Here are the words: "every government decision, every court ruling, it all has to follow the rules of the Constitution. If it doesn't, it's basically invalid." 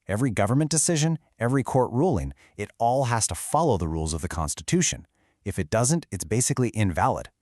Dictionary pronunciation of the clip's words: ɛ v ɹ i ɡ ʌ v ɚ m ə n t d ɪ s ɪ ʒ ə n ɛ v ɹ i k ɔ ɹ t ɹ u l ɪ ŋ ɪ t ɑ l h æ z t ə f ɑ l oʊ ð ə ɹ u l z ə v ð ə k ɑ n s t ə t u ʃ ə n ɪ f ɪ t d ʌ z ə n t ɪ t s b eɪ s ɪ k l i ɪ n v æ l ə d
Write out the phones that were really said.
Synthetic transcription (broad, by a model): ɛ v ɹ i ɡ ʌ v ɚ m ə n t d ɪ s ɪ ʒ ə n ɛ v ɹ i k ɔ ɹ t ɹ u l ɪ ŋ ɪ t ɑ l h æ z t ə f ɑ l oʊ ð ə ɹ u l z ə v ð ə k ɑ n s t ə t u ʃ ə n ɪ f ɪ t d ʌ z ə n t ɪ t s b eɪ s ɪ k l i ɪ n v æ l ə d